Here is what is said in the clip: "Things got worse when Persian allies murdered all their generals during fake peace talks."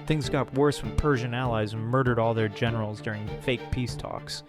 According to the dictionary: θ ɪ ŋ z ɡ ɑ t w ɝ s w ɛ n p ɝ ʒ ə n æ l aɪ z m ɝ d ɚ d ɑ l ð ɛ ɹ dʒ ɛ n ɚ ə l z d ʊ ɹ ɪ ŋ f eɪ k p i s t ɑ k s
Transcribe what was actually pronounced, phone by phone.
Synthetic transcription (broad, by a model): θ ɪ ŋ z ɡ ɑ t w ɝ s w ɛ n p ɝ ʒ ə n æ l aɪ z m ɝ d ɚ d ɑ l ð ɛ ɹ dʒ ɛ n ɚ l z d ʊ ɹ ɪ ŋ f eɪ k p i s t ɑ k s